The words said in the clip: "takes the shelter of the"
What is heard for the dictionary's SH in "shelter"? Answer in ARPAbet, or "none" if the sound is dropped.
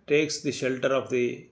SH